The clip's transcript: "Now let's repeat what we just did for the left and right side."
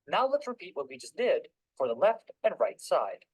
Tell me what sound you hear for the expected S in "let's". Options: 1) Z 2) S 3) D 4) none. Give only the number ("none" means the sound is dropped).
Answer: 4